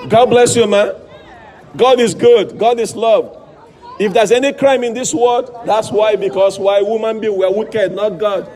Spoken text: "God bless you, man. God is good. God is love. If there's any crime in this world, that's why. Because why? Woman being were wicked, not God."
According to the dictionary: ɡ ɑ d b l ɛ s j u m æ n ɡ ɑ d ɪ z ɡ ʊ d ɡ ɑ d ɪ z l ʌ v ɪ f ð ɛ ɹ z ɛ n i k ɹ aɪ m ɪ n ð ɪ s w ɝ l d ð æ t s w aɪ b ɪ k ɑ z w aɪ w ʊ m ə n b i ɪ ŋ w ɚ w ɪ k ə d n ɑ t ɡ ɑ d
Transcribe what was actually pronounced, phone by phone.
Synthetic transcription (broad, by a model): ɡ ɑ d b l ɛ s j u m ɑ n ɡ ɑ d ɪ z ɡ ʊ d ɡ ɑ d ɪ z l ʌ v ɪ f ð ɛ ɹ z ɛ n i k ɹ aɪ m ɪ n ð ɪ s w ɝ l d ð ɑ t s w aɪ b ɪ k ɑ s w aɪ w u m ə n b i w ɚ w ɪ k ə d n ɑ t ɡ ɑ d